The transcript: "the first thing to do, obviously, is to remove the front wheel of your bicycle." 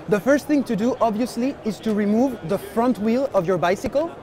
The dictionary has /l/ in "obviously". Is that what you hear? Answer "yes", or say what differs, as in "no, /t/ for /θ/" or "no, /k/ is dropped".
yes